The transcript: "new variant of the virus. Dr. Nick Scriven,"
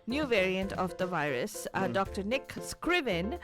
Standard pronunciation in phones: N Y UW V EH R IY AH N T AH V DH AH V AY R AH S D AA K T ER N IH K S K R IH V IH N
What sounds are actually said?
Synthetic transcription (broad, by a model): N Y UW V EH R IY AH N T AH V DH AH V AY R AH S D AA K T ER N IH K S K R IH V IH N